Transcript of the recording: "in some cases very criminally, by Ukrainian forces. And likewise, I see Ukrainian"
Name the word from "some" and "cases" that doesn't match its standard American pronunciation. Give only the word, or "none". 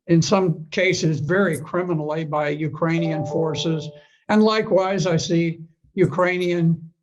none